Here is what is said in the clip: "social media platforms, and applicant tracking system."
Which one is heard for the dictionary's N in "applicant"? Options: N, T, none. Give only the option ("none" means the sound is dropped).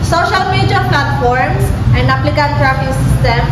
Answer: none